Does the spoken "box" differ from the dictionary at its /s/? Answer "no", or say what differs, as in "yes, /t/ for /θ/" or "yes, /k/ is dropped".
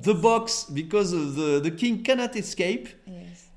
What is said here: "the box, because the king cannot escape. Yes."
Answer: no